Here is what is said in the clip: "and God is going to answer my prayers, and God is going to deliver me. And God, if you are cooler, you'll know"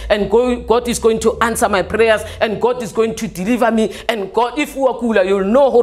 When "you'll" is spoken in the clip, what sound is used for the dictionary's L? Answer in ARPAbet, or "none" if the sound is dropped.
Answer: L